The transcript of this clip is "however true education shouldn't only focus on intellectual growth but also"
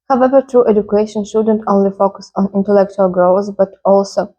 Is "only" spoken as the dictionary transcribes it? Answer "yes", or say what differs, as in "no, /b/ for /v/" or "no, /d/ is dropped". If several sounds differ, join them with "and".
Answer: yes